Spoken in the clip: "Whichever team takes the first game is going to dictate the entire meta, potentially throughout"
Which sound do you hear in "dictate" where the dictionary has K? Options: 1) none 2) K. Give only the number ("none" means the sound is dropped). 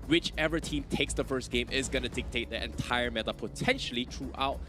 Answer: 2